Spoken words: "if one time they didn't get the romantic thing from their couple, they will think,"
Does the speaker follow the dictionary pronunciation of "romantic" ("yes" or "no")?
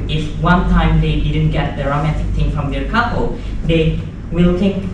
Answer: yes